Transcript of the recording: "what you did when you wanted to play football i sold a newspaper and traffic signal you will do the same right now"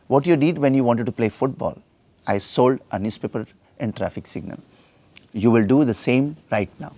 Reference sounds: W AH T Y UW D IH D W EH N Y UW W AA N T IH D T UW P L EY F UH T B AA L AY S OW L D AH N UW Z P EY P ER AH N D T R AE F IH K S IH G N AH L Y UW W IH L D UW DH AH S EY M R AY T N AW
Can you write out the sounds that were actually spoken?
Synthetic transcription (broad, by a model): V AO T Y UW D IH D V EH N Y UW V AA N T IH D T UW P L EY F UH T B AA L AY S OW L D AH N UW S P EY P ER AH N D T R AE F IH K S IH G N AH L Y UW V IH L D UW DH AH S EY M R AY T N AW